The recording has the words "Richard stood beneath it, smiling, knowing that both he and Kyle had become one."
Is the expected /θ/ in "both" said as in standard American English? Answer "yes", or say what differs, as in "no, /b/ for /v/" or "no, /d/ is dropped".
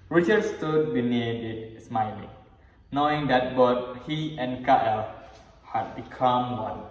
no, /t/ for /θ/